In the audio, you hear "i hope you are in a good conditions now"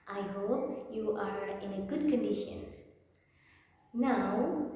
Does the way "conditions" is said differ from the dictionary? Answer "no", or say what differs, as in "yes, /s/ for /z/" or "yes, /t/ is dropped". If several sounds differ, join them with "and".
yes, /z/ is dropped